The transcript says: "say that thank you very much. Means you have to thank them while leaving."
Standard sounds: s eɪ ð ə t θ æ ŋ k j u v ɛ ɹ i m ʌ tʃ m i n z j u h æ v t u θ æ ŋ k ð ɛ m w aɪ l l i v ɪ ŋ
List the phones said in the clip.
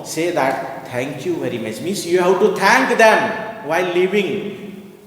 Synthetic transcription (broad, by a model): s eɪ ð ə t t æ ŋ k j u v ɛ ɹ i m ʌ tʃ m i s j u h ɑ w t u t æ ŋ k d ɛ m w aɪ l l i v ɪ ŋ